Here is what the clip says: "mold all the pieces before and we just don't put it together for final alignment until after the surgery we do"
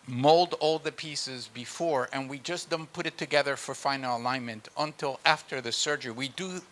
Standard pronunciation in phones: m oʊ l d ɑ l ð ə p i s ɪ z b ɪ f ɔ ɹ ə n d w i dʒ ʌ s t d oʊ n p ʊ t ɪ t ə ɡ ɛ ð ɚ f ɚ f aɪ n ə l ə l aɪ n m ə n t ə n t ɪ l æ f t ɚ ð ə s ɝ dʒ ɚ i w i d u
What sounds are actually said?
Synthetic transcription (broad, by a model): m oʊ l d ɑ l ð ə p i s ɪ z b ɪ f ɔ ɹ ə n w i dʒ ʌ s d oʊ n p ʊ t ɪ t ə ɡ ɛ ð ɚ f ɚ f aɪ n l ə l aɪ n m ə n t ə n t ɪ l æ f t ɚ ð ə s ɝ dʒ ɚ i w i d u